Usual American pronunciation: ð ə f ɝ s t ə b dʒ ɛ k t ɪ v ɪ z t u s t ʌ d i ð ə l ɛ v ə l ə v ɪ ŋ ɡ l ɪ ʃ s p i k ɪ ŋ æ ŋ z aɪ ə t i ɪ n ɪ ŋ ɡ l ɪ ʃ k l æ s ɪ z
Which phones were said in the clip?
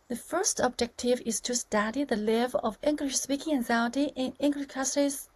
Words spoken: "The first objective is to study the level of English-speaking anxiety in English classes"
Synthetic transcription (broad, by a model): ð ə f ɝ s t ə b dʒ ɛ k t ɪ v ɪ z t u s t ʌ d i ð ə l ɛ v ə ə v ɪ ŋ ɡ l ɪ ʃ s p i k ɪ ŋ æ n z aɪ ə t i ɪ n ɪ ŋ ɡ l ɪ ʃ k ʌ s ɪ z